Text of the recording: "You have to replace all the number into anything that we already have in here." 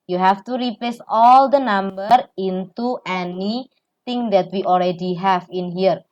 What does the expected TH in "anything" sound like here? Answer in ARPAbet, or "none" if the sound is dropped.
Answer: T